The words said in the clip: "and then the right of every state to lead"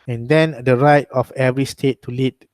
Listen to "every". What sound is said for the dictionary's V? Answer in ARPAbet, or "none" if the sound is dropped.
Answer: V